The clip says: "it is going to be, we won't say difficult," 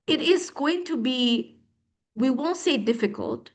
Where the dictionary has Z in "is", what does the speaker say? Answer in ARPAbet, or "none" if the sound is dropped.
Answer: Z